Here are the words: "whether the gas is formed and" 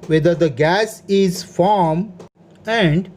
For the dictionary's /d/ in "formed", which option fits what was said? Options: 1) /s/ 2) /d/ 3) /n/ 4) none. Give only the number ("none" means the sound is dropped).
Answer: 4